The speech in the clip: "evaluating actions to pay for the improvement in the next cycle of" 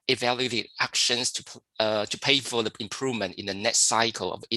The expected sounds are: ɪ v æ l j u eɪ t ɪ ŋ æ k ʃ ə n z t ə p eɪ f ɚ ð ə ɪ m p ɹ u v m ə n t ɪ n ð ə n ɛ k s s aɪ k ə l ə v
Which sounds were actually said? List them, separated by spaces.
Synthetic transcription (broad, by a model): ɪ v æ l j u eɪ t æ k ʃ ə n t t ə p eɪ f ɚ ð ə ɪ m p ɹ u v m ə n t ɪ n ð ə n ɛ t s aɪ k ə l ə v